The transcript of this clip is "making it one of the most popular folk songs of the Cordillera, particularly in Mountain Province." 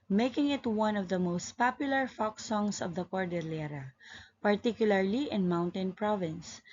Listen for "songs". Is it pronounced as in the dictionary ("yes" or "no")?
no